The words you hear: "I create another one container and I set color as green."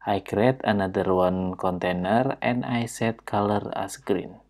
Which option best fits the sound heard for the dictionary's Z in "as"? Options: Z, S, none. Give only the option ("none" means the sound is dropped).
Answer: S